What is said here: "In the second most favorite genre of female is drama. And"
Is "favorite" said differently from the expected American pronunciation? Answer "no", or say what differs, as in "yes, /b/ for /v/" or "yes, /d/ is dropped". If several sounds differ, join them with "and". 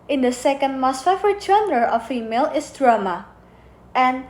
yes, /f/ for /v/